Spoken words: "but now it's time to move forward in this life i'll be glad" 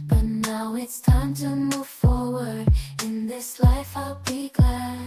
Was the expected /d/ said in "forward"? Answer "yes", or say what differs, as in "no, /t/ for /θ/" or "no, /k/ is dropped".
yes